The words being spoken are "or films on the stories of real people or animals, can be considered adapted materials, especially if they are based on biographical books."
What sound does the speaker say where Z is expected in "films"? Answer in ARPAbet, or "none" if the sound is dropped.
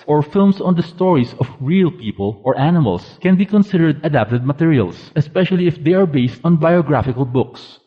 S